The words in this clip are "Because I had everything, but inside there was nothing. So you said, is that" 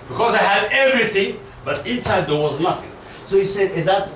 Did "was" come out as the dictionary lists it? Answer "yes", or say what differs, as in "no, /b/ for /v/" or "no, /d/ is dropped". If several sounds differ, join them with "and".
yes